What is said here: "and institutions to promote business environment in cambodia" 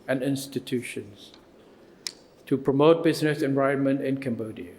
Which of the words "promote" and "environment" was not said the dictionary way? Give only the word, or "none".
environment